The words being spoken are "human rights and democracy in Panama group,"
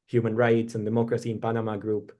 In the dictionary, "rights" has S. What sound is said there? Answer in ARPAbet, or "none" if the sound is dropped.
S